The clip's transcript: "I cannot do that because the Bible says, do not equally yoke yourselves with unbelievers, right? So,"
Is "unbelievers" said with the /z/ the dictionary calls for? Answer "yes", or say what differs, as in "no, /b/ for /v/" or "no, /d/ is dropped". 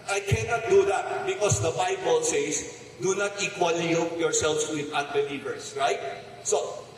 no, /s/ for /z/